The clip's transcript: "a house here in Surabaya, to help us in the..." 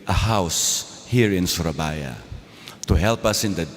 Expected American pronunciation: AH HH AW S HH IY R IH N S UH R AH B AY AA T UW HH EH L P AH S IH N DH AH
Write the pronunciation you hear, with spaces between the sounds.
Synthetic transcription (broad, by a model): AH HH AW S HH IY R IH N S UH R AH B AY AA T UW HH EH L P AH S IH N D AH